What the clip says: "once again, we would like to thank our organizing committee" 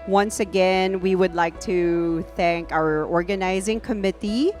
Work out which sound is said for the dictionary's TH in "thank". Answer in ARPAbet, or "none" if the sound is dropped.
TH